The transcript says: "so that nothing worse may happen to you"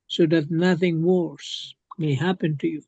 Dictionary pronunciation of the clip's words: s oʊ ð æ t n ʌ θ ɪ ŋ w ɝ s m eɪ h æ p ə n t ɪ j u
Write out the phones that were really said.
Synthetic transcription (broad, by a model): s oʊ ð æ t n ʌ θ ɪ ŋ w ɝ s m eɪ h æ p ə n t ɪ j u